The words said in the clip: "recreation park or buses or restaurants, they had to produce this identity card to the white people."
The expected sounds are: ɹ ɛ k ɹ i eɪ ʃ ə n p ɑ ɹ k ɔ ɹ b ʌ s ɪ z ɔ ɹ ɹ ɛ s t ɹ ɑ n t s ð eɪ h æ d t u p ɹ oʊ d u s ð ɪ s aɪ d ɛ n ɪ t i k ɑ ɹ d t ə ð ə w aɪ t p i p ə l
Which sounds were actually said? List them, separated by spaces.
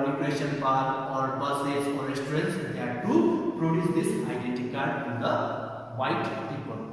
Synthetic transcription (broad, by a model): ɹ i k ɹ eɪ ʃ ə n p ɑ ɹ ɔ ɹ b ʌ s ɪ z ɔ ɹ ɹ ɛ s t ɹ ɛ n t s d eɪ t u p ɹ oʊ d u s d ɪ s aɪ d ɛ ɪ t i k ɑ ɹ d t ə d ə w aɪ t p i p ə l